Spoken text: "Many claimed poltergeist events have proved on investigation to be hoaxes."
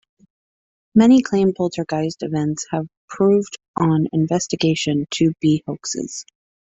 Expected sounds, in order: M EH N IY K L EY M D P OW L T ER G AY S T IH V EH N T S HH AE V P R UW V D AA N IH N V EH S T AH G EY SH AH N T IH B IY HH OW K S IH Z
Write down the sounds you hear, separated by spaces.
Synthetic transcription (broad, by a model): M EH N IY K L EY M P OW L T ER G AY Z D IH V EH N T S HH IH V P R UW V D N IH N V EH S T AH G EY SH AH N T IH B IY HH OW K S IH Z